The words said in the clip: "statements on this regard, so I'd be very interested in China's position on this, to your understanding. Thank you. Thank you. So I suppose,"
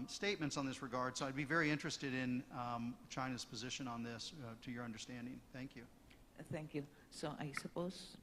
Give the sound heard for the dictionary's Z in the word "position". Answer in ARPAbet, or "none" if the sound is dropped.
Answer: Z